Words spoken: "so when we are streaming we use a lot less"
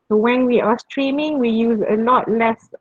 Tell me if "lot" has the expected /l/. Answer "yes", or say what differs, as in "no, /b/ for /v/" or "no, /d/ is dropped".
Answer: yes